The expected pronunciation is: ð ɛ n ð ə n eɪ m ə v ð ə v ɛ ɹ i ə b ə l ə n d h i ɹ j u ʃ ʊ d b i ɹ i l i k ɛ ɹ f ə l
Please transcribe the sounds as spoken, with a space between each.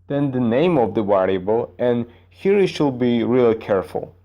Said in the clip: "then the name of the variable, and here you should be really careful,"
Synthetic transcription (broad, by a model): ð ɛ n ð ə n eɪ m ə v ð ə w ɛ ɹ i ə b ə l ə n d h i ɹ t ʃ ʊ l b i ɹ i l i k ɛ ɹ f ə l